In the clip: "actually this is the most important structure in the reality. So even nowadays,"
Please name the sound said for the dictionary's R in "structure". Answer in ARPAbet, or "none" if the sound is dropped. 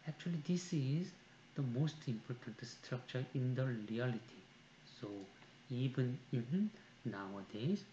R